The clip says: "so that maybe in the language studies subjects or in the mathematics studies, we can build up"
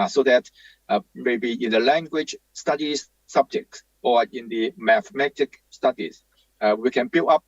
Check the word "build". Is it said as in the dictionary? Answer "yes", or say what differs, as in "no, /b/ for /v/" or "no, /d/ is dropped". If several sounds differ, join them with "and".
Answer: no, /d/ is dropped